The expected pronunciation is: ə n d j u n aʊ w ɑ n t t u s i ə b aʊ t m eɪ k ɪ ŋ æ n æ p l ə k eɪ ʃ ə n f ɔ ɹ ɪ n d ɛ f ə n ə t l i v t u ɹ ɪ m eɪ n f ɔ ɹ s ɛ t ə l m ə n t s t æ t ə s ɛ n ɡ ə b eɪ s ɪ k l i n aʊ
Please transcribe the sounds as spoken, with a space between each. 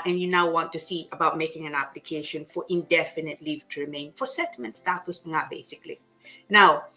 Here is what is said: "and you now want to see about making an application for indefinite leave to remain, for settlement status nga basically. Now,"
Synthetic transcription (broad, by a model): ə n j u n aʊ w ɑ n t t u s i ə b aʊ t m eɪ k ɪ ŋ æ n æ p l ə k eɪ ʃ ə n f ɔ ɹ ɪ n d ɛ f ə n ə t l i v t u ɹ ɪ m eɪ n f ɔ ɹ s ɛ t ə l m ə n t s t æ t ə s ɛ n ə b eɪ s ɪ k l i n aʊ